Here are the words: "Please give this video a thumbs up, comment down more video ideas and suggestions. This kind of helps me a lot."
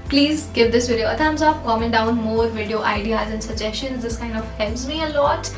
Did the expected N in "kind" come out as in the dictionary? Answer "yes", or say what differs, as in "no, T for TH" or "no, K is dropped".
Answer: yes